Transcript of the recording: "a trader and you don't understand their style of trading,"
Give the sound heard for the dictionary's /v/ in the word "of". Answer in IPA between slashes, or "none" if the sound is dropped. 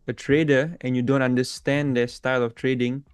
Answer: /f/